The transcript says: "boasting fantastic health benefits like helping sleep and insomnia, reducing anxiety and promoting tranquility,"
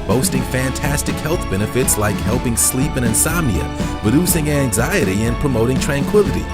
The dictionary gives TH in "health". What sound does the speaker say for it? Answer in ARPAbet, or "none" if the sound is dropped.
TH